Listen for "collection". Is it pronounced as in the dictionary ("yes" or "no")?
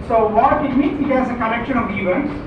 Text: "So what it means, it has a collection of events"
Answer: no